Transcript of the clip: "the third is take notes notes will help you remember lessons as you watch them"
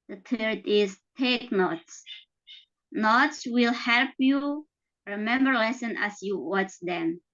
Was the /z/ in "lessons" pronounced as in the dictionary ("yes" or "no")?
no